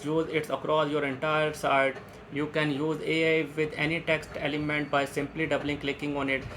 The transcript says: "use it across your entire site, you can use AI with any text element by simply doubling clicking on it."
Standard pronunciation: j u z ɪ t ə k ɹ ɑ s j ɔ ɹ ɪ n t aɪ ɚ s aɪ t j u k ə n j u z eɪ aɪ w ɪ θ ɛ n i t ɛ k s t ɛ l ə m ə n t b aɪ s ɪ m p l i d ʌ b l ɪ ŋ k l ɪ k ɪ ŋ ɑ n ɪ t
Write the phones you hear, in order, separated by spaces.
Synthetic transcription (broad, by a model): j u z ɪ t ə k ɹ ɑ s j ɔ ɹ ɪ n t aɪ ɚ s aɪ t j u k ə n j u z eɪ aɪ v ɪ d ɛ n i t ɛ k s t ɛ l ə m ə n t b aɪ s ɪ m p l i d ʌ b l ɪ ŋ k l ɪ k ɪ ŋ ɑ n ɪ t